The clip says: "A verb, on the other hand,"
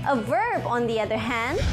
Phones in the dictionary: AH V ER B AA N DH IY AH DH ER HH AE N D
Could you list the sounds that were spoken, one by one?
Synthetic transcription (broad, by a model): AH V ER B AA N DH IY AH DH ER HH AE N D